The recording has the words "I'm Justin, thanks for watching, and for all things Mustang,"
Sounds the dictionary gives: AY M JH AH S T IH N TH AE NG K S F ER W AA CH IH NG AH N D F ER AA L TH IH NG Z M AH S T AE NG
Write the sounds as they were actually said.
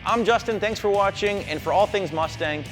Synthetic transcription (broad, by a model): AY M JH AH S T IH N TH AE NG K S F ER W AA CH IH NG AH N F ER AA L TH IH NG Z M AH S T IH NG